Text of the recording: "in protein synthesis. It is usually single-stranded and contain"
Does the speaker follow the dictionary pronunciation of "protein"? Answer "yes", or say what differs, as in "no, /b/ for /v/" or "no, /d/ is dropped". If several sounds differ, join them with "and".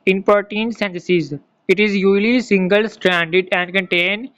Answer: no, /ɹ/ is dropped